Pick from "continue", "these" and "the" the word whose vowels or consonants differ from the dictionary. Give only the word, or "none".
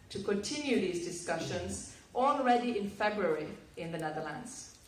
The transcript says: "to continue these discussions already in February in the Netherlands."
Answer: none